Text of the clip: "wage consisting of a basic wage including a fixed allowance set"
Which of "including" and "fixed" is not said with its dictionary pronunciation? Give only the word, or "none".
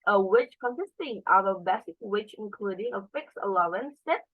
fixed